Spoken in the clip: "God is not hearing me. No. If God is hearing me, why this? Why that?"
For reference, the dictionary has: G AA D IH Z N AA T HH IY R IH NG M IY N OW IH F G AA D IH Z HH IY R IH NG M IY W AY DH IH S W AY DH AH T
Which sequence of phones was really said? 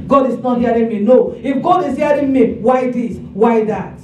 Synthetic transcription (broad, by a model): G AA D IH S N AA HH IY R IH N M IY N OW IH F G AA D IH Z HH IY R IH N M IY W AY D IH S W AY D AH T